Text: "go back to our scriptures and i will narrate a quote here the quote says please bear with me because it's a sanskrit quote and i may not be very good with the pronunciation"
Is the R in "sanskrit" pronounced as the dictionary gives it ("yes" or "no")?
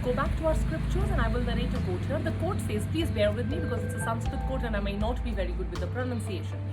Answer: no